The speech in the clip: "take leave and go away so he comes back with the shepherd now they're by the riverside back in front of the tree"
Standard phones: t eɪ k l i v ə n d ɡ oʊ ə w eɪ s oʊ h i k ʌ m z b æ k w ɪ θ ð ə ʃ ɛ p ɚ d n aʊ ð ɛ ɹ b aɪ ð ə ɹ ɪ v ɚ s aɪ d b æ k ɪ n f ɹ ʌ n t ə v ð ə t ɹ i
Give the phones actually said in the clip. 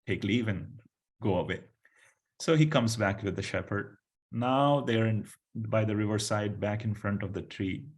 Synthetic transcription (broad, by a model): t eɪ k l i v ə n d ɡ oʊ ə w eɪ s oʊ h i k ʌ m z b æ k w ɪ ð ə ʃ ɛ p ɚ d n aʊ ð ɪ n b aɪ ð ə ɹ ɪ v ɚ s aɪ d b æ k ɪ n f ɹ ʌ n t ə v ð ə t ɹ i